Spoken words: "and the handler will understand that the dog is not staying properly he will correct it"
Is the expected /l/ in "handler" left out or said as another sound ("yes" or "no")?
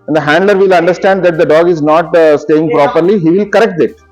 no